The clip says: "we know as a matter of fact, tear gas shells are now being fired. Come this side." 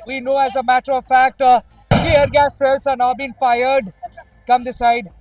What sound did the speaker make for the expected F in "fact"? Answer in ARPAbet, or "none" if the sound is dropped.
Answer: F